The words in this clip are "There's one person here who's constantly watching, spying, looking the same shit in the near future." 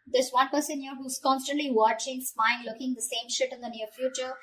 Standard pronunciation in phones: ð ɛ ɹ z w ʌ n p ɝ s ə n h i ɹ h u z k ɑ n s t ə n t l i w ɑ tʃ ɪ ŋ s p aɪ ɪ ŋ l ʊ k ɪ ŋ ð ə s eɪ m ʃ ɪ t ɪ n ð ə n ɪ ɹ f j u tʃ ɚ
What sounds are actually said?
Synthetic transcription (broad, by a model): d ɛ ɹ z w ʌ n p ɝ s ə n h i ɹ h u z k ɑ n s t ə n t l i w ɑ tʃ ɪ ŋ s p aɪ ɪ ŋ l ʊ k ɪ ŋ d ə s eɪ m ʃ ɪ t ɪ n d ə n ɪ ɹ f j u tʃ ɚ